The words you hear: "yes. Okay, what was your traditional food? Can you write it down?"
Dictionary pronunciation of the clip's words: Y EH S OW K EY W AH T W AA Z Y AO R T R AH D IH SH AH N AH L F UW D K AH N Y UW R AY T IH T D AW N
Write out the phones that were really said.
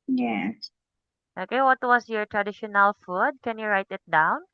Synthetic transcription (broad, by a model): Y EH S OW K EY W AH T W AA S Y AO R T R AH D IH SH AH N AH L F UW D K AH N Y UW R AY T IH T D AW N